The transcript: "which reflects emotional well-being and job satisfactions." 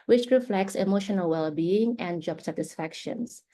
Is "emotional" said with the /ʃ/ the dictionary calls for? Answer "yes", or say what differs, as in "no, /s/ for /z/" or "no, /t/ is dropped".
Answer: yes